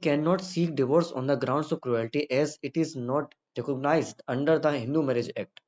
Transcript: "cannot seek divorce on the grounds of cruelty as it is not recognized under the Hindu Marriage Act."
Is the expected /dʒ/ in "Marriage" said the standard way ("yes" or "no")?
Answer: yes